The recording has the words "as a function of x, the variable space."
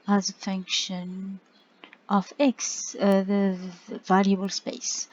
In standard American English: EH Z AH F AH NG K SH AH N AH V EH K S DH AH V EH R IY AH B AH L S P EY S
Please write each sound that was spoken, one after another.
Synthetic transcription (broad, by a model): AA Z AH F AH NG K SH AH N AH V EH K S DH AH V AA L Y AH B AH L S P EY S